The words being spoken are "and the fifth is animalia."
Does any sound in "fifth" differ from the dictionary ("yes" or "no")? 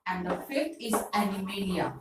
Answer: yes